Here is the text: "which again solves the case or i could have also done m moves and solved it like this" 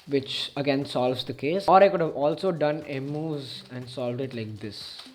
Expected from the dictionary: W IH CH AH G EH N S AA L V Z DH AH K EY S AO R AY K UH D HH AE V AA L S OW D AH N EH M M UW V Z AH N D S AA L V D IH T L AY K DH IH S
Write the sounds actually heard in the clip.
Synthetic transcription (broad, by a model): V IH CH AH G EH N S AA L V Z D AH K EY S AO R AY K UH D HH AE V AA L S OW D AH N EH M M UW Z AH N D S AA L V D IH T L AY K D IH S